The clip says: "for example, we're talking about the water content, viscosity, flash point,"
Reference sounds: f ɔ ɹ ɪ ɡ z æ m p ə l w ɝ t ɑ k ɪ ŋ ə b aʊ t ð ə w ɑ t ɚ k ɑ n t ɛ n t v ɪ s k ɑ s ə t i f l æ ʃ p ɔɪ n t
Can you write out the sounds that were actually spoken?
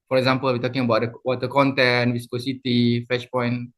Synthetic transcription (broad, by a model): f ɔ ɹ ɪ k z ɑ m p ə l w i t ɑ k ɪ ŋ ə b aʊ t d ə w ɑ t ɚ k ɑ n t ɛ n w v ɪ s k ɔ s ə t i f ɛ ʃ p ɔɪ n